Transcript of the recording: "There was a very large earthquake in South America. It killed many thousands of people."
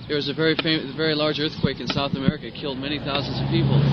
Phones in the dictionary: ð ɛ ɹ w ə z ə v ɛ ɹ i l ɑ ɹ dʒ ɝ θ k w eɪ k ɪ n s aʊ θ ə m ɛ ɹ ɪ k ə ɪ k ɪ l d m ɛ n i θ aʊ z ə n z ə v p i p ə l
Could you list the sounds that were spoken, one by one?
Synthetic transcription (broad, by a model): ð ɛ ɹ w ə z ə v ɛ ɹ i l ɑ ɹ dʒ ɝ θ k w eɪ k ɪ n s aʊ θ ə m ɛ ɹ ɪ k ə ɪ k ɪ l d m ɛ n i θ aʊ z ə n z ə v p i p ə l